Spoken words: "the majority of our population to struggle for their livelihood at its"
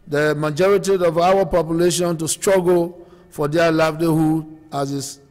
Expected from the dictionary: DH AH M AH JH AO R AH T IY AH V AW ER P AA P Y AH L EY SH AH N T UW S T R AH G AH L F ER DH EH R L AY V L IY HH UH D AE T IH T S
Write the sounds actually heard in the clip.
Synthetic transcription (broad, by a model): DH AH M AH JH AO R AH T IY AH V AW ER P AA P Y AH L EY SH AH N T UW S T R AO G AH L F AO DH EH L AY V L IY HH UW AA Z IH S